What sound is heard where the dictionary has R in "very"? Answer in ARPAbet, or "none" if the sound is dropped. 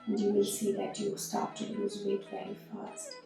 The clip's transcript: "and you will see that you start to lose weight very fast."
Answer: none